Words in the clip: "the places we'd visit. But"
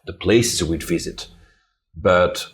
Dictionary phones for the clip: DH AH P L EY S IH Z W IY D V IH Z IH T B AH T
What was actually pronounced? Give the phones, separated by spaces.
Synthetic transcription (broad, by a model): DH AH P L EY S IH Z W IY D V IH Z IH T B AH T